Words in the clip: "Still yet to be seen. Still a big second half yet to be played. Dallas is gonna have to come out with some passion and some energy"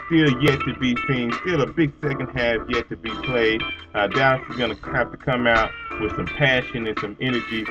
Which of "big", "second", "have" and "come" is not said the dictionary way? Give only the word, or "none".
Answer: have